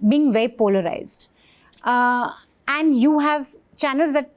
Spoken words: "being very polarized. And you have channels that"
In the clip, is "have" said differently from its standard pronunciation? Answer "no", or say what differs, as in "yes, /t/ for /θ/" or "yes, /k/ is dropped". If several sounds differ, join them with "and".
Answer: no